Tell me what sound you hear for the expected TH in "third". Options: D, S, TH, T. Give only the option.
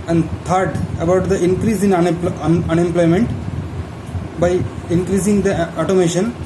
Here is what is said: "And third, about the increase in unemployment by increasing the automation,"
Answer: T